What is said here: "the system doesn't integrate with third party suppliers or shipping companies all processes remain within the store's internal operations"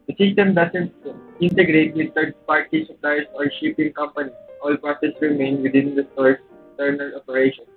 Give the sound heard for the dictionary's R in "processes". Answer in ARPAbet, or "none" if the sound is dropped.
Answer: none